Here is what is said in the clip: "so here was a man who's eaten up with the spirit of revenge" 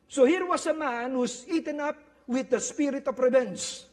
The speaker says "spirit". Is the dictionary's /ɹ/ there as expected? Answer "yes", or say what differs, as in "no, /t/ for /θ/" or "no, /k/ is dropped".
yes